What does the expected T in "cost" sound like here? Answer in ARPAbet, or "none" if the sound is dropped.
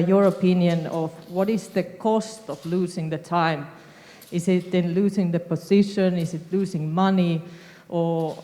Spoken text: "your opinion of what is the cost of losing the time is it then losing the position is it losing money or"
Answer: T